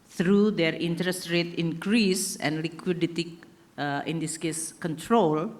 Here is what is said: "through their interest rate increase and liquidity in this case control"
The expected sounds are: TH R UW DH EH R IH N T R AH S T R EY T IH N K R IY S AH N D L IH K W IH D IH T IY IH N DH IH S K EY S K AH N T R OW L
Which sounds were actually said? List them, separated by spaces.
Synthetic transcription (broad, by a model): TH R UW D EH R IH N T R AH S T R EY T IH N K R IY S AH N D L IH K W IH D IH T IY IH N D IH S K EY S K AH N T R OW L